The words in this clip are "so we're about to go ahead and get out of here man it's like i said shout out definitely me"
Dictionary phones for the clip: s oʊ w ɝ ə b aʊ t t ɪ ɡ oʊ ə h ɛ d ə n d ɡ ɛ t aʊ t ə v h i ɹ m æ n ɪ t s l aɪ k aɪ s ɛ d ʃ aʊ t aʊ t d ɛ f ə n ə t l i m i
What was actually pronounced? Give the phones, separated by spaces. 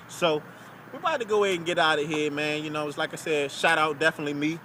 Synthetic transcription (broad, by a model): s oʊ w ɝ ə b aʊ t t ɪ ɡ oʊ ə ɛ ə n ɡ ɛ t aʊ t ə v h i ɹ m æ n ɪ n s l aɪ k aɪ s ɛ d ʃ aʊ t aʊ t d ɛ f ə n ə t l i m i